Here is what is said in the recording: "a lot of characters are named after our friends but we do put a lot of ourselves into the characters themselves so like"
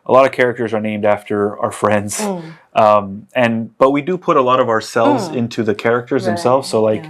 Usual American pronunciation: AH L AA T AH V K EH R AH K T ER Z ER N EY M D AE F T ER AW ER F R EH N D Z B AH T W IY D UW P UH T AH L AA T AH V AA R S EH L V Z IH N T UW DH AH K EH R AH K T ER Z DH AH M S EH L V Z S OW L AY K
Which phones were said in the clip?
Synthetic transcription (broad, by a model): AH L AA T AH V K EH R AH K T ER Z ER N EY M D AE F T ER AW ER F R EH N D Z B AH T W IY D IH P UH T AH L AA T AH V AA R S EH L V Z IH N T UW DH AH K EH R AH K T ER Z DH AH M S EH L V Z S OW L AY K